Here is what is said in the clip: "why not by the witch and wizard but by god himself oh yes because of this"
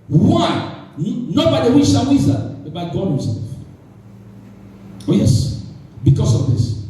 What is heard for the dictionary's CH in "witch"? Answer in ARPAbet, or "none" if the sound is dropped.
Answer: SH